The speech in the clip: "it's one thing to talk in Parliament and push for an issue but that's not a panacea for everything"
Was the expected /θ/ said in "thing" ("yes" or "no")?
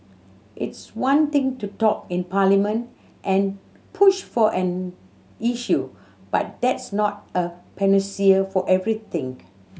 no